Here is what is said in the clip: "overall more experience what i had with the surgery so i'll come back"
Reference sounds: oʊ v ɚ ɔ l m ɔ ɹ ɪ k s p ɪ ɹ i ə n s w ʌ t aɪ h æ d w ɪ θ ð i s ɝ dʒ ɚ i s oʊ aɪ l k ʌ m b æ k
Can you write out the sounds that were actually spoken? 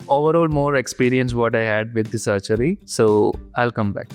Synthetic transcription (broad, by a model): oʊ v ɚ ɔ l m ɔ ɹ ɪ k s p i ɹ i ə n s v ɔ t aɪ h æ d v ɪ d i s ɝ tʃ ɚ i s oʊ aɪ l k ʌ m b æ k